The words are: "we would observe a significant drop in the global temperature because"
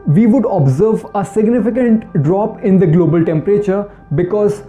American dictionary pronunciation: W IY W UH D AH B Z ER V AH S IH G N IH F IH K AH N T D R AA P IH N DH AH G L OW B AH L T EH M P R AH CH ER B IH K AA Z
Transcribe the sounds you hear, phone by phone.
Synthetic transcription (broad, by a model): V IY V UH D AH B Z ER V AH S IH G N IH F IH K AH N T D R AA P IH N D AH G L OW B AH L T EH M P R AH CH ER B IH K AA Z